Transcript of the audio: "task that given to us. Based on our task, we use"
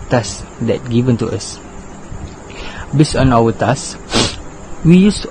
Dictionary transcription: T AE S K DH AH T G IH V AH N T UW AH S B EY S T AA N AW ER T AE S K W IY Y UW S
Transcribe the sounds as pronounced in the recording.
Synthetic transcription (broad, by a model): T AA S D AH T G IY V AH N T UW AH S B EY S AA N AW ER T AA S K W IY Y UW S